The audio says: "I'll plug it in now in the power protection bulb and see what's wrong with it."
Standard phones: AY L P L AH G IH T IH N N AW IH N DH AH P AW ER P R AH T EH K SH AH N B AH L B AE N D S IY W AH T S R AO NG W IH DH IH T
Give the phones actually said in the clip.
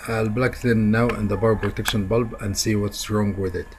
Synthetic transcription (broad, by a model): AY L B L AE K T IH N N AW IH N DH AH B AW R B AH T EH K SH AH N B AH L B AE N D S IY W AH T S R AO NG W IH DH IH T